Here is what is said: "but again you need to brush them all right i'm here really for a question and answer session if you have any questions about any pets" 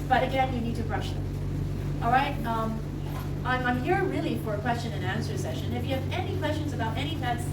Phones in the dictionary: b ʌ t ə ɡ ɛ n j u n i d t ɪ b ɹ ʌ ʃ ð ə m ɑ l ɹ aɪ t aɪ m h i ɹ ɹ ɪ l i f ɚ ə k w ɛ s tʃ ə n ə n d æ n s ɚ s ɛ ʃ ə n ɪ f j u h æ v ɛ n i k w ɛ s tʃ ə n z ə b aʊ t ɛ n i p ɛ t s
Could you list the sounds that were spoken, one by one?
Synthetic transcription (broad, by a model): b ʌ t ə ɡ ɛ n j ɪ n i d t ɪ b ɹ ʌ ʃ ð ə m ɑ l ɹ aɪ t aɪ m h i ɹ ɹ ɪ l i f ɚ ə k w ɛ s tʃ ə n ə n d æ n s ɚ s ɛ ʃ ə n ɪ f j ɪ v ɛ n i k w ɛ s tʃ ə n z ə b aʊ t ɛ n i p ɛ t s